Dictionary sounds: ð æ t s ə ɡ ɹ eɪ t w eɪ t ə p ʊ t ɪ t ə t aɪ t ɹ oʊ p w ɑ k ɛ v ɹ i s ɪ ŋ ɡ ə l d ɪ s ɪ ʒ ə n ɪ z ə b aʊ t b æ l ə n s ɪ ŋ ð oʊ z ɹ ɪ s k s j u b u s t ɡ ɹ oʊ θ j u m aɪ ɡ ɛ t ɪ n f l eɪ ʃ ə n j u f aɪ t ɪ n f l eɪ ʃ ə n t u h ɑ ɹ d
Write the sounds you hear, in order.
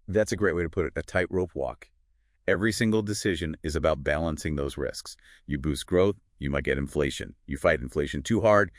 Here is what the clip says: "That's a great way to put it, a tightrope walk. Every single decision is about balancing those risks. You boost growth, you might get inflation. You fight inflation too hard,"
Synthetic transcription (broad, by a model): ð æ t s ə ɡ ɹ eɪ t w eɪ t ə p ʊ t ɪ t ə t aɪ t ɹ oʊ p w ɑ k ɛ v ɹ i s ɪ ŋ ɡ l d ɪ s ɪ ʒ ə n ɪ z ə b aʊ t b æ l ə n s ɪ ŋ ð oʊ z ɹ ɪ s k s j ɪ b u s ɡ ɹ oʊ θ j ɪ m aɪ ɡ ɛ t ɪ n f l eɪ ʃ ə n j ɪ f aɪ t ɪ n f l eɪ ʃ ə n t u h ɑ ɹ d